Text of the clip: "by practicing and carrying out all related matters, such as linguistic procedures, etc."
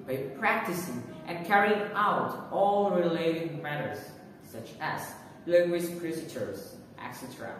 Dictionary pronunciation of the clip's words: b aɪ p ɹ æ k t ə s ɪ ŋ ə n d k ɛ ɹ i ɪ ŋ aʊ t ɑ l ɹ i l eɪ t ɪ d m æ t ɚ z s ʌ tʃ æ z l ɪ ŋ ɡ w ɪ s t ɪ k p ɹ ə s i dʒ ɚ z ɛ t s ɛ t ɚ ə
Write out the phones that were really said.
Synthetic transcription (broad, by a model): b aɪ p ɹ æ k t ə s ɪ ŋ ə n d k ɛ ɹ i ɪ ŋ aʊ t ɑ l ɹ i l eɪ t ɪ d m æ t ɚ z s ʌ tʃ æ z l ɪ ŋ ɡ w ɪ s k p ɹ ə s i tʃ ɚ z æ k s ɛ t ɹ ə